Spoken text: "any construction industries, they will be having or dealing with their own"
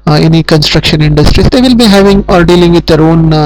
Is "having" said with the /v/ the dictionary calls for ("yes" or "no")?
yes